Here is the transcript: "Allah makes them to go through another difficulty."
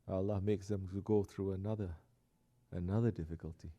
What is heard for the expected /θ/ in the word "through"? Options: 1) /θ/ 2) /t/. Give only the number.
1